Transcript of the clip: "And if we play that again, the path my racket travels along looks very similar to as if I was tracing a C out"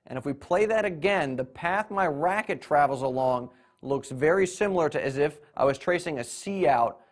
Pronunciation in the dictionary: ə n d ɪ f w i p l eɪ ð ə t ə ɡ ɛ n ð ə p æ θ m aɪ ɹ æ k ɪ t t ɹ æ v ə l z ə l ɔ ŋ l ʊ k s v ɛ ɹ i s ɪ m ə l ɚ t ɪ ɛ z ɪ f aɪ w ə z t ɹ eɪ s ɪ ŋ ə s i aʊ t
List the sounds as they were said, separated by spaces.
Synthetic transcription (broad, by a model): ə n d ɪ f w i p l eɪ ð ə t ə ɡ ɛ n ð ə p æ θ m aɪ ɹ æ k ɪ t t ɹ æ v l z ə l ɔ ŋ l ʊ k s v ɛ ɹ i s ɪ m l ɚ t ɪ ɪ z ɪ f aɪ w ə z t ɹ eɪ s ɪ ŋ ə s i aʊ t